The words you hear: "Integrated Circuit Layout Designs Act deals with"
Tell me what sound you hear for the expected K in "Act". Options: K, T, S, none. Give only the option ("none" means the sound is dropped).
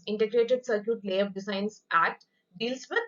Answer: none